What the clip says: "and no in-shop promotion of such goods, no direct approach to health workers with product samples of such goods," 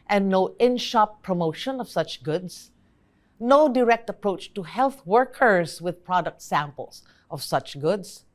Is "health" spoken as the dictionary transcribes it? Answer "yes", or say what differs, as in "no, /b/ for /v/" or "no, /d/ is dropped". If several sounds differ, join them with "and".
yes